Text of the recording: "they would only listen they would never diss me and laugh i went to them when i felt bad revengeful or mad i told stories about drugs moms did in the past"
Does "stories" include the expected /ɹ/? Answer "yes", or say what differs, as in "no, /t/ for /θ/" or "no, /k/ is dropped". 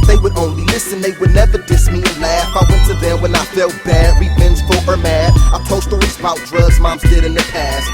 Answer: yes